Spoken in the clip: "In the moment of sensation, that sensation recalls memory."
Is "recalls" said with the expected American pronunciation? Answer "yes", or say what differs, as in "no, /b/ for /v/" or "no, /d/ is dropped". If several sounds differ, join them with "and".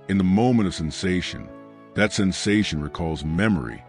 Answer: yes